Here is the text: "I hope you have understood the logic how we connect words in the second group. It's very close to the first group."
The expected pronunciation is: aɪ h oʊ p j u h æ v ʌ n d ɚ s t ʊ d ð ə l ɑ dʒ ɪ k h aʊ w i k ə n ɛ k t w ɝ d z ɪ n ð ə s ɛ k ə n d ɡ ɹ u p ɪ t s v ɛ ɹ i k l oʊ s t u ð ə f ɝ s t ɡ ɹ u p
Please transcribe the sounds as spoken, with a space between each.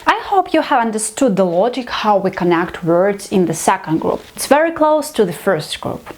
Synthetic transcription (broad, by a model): aɪ h oʊ p j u h æ v ʌ n d ɚ s t ʊ d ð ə l ɑ dʒ ɪ k h aʊ w i k ə n ɛ k t w ɝ d z ɪ n ð ə s ɛ k ə n d ɡ ɹ u p ɪ t s v ɛ ɹ i k l oʊ s t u ð ə f ɝ s t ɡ ɹ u p